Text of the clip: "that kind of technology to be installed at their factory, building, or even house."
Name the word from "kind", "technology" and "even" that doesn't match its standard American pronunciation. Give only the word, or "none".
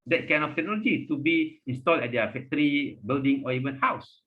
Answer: kind